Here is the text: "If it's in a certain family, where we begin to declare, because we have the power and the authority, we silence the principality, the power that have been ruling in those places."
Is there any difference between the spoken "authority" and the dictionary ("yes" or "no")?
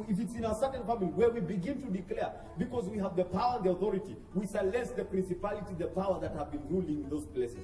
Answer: no